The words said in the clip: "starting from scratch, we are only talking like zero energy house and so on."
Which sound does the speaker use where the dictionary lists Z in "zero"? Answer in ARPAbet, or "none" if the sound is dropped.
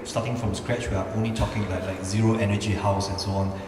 Z